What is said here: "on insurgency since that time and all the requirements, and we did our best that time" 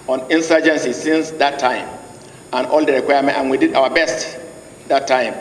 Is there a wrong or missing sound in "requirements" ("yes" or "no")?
yes